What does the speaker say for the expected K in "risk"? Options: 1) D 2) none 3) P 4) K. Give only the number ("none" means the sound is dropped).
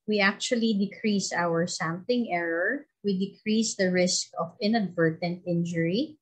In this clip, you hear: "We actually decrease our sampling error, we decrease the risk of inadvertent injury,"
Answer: 4